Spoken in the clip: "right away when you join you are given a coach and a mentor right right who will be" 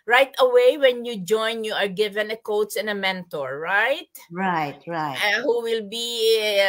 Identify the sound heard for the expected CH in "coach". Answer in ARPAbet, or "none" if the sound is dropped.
S